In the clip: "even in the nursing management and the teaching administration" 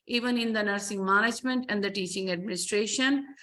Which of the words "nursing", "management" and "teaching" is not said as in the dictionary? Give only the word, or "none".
none